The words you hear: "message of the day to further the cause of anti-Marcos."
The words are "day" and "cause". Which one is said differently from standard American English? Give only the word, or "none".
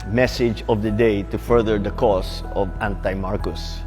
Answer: cause